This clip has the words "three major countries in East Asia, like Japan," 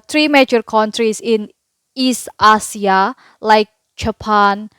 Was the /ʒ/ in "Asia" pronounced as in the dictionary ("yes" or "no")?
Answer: no